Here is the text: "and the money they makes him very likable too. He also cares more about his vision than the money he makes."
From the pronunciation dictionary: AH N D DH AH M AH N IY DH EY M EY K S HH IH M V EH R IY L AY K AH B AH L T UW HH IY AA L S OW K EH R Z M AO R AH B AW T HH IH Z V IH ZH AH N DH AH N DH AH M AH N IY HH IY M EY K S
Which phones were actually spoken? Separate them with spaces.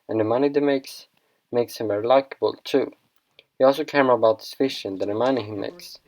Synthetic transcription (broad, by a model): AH N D DH AH M AH N IY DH EY M EY K S HH IH M V EH R IY L AY K AH B AH L T UW HH IY AA L S OW K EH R M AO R AH B AW T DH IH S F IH SH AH N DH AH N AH M AH N IY HH IY M EY K S